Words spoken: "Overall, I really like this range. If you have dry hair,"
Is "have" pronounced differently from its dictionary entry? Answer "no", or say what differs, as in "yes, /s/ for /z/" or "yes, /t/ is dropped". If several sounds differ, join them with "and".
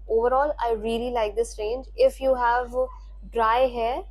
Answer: no